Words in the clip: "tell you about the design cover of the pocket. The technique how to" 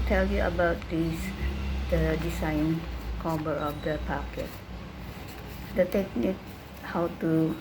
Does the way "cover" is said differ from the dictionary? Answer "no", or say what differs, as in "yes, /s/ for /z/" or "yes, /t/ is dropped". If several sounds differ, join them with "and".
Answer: yes, /b/ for /v/